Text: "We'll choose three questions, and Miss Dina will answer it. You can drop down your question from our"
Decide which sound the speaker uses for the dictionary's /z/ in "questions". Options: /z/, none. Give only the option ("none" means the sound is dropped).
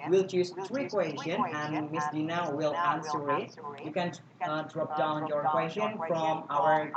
none